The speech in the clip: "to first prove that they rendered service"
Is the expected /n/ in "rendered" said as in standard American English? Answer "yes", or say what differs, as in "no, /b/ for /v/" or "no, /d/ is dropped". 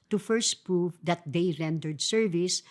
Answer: yes